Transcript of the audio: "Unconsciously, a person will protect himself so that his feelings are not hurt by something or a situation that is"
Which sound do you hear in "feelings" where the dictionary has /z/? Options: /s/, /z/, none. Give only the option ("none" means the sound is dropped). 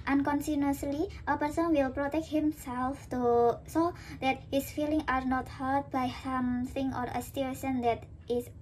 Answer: none